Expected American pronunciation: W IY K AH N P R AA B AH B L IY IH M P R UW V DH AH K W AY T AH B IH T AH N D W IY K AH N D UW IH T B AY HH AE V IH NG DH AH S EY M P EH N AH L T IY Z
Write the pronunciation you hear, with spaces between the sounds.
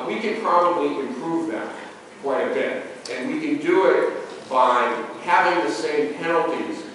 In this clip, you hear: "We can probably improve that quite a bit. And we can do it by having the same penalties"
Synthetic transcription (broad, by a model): W IY K AH N P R AA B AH B L IY IH M P R UW V DH AH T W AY AH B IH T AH N W IY K AH N D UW IH T B AY HH AE V IH NG DH AH S EY M P EH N L T IY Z